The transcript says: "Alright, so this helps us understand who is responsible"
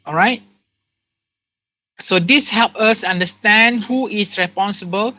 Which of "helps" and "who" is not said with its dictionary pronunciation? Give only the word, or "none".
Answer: helps